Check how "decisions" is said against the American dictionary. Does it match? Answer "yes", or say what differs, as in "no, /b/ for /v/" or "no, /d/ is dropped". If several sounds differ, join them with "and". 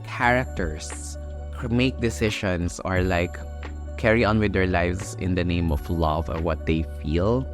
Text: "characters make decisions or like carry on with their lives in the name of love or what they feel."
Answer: no, /ʃ/ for /ʒ/ and /s/ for /z/